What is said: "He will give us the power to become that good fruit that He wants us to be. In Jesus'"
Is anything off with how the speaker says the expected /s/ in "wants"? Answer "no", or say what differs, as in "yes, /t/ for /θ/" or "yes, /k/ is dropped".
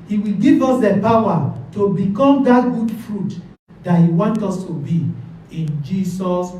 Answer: yes, /s/ is dropped